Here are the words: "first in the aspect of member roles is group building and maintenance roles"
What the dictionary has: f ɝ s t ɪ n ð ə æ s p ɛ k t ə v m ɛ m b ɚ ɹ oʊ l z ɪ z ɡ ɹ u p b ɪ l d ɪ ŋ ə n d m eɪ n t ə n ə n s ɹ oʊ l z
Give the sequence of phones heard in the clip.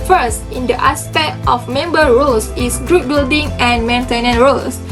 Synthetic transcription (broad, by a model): f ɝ s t ɪ n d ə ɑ s p ɛ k t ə f m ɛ m b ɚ ɹ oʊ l s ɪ s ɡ ɹ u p b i l d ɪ ŋ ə n m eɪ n t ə n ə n ɹ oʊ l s